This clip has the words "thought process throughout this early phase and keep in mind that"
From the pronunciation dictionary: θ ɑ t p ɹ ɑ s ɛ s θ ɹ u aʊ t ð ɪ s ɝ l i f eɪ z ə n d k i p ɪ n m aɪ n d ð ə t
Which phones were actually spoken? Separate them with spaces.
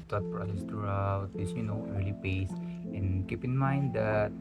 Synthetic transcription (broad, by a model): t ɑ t p ɹ ɑ s ɛ s t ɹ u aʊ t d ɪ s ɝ l i p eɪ s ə n k i p ɪ n m aɪ n d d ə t